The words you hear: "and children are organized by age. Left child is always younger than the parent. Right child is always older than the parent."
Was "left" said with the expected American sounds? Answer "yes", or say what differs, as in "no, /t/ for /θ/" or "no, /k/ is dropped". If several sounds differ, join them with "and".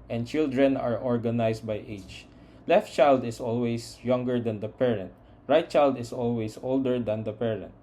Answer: yes